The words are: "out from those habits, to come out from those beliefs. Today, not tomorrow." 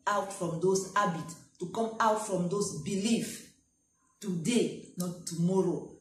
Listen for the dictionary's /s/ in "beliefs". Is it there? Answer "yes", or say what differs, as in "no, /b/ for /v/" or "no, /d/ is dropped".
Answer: no, /s/ is dropped